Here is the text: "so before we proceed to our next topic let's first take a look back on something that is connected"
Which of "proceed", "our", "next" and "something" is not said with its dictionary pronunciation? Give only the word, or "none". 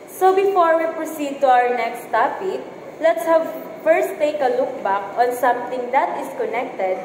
something